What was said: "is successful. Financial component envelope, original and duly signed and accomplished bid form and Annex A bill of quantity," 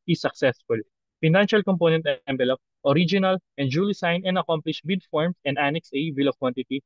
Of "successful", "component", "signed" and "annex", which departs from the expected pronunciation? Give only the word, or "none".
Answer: signed